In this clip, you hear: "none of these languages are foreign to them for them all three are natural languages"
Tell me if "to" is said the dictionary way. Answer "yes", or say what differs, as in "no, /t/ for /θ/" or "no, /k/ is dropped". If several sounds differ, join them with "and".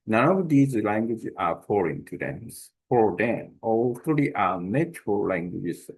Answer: no, /s/ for /t/